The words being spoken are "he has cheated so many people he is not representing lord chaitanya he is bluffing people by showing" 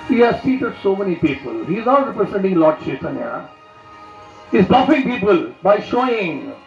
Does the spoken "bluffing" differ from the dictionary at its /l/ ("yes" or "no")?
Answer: yes